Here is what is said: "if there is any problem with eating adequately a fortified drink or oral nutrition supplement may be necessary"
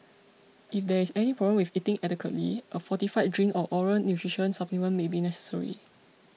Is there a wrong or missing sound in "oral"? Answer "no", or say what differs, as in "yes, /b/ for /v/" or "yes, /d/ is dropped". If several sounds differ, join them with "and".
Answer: yes, /n/ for /l/